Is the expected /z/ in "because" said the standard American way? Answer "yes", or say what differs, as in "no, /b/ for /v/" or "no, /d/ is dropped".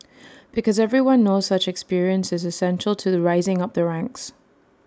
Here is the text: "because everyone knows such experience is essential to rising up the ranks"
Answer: yes